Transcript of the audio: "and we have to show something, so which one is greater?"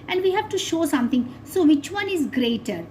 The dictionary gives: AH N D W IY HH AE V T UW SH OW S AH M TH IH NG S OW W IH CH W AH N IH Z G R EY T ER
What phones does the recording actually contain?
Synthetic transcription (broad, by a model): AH N D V IY HH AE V T UW SH OW S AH M T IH NG S OW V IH CH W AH N IH Z G R EY T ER